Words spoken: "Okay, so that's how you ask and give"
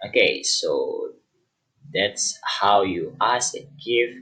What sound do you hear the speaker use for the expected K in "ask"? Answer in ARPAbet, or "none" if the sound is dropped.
none